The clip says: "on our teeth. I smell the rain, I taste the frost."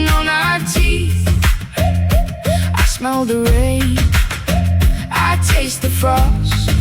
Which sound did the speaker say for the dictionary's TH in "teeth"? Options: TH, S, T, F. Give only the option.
TH